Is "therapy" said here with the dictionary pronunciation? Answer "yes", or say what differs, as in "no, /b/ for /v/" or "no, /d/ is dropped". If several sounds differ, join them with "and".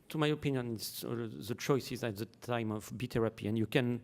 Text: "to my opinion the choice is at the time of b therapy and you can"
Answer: no, /t/ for /θ/